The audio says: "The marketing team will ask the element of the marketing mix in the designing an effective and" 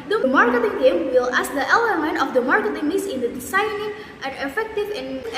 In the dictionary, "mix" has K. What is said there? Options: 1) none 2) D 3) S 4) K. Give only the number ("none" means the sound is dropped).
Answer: 1